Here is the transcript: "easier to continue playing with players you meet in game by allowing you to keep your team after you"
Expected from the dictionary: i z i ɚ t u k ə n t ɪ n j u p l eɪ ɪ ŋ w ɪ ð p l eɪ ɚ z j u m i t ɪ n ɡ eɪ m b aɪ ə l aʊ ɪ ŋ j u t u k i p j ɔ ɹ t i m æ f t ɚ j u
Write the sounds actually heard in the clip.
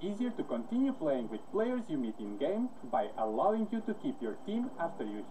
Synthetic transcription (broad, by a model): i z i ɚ t u k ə n t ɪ n j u p l eɪ ɪ ŋ w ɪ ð p l eɪ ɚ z j u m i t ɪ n ɡ eɪ m b aɪ ə l aʊ ɪ ŋ j u t u k i p j ɔ ɹ t i m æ f t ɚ j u